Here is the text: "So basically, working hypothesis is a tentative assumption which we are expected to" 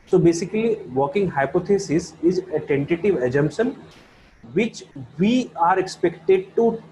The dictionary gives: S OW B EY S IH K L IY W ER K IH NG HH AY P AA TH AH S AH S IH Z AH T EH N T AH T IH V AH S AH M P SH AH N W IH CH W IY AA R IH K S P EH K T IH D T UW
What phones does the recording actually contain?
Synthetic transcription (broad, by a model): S OW B EY S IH K L IY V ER K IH NG HH AY P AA T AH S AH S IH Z AH T EH N T AH T IH V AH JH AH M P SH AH N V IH CH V IY AA R IH K S P EH K T IH D T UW